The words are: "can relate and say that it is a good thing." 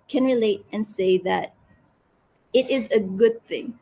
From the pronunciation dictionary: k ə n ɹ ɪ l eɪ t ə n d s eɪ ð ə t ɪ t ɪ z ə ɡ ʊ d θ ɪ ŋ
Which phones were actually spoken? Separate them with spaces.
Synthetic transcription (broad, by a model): k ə n ɹ ɪ l eɪ t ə n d s eɪ ð ə t ɪ t ɪ z ə ɡ ʊ d θ ɪ ŋ